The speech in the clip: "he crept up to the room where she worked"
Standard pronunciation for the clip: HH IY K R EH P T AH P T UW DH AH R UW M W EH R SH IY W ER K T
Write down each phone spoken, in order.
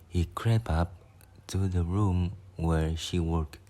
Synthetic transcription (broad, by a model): HH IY K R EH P AH P T UW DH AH R UW M W EH R SH IY W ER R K